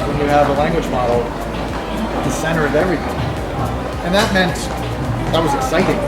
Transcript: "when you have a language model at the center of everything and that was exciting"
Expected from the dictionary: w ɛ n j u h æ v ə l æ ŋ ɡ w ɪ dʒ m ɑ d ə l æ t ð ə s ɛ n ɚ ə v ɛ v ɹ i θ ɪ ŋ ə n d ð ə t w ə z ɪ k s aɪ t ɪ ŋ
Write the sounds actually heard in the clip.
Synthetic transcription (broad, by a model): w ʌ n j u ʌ v ə l æ ŋ ɡ w ɪ dʒ m ɑ d l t ð ə s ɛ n ɚ ə v ɛ v ɹ i θ ɪ ŋ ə n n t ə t w ə z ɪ k s aɪ t ɪ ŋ